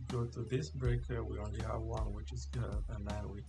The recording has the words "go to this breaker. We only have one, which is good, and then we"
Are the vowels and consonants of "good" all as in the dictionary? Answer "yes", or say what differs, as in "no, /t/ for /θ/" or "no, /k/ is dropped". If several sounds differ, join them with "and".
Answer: no, /d/ is dropped